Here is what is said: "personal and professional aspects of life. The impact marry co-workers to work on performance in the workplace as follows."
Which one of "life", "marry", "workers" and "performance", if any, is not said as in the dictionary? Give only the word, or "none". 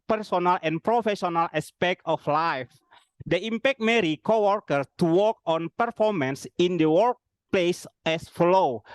workers